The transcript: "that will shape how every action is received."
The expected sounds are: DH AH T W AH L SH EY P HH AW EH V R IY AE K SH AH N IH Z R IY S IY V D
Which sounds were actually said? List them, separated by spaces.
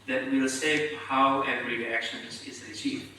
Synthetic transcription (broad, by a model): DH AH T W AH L S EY HH AW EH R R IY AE K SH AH N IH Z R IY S IY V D